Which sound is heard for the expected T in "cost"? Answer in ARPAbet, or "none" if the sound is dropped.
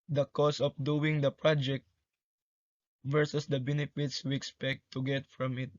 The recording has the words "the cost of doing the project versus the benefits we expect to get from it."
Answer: none